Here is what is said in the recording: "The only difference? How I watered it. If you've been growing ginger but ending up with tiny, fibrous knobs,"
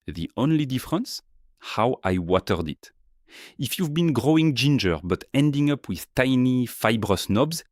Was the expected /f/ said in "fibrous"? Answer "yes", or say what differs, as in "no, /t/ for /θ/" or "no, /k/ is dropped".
yes